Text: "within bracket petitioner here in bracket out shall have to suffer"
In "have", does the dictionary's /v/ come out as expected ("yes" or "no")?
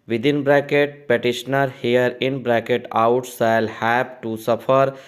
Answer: no